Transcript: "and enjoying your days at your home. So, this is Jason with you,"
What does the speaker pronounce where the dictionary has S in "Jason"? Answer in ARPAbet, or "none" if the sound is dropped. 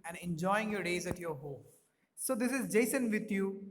S